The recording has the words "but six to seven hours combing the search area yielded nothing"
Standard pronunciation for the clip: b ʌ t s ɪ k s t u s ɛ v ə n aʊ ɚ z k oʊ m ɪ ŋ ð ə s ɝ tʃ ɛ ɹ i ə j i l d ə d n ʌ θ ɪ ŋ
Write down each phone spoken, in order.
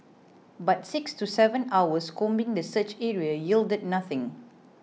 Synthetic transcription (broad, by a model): b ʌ t s ɪ k s t u s ɛ v ə n aʊ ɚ s k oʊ m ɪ ŋ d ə s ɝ tʃ ɛ ɹ i ə j i l d ə d n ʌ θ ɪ ŋ